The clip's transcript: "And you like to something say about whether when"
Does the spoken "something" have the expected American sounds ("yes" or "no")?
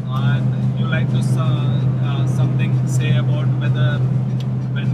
no